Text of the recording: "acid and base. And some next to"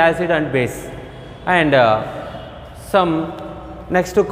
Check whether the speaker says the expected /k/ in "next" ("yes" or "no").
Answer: yes